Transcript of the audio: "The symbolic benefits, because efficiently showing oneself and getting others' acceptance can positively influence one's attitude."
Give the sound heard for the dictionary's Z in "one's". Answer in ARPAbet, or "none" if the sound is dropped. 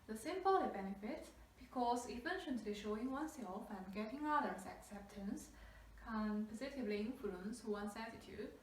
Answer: S